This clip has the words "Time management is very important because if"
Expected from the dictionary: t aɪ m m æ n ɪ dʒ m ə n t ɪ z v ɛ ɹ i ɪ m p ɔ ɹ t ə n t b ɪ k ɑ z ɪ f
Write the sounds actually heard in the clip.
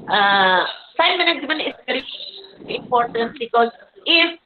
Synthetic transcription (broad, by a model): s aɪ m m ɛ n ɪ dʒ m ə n ɪ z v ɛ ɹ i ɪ m p ɔ ɹ t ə n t b ɪ k ɑ z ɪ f